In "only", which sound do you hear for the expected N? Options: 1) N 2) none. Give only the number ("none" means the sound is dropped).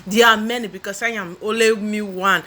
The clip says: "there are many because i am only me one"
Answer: 2